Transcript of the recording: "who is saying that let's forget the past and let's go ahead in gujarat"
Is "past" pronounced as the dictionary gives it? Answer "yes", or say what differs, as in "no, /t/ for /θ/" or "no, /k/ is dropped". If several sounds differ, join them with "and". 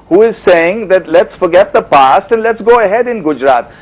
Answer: yes